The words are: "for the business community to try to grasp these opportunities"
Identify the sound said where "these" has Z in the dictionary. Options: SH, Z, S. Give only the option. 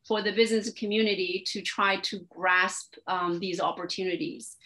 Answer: Z